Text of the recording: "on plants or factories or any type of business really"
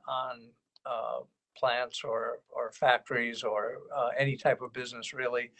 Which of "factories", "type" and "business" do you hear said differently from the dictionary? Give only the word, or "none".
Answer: none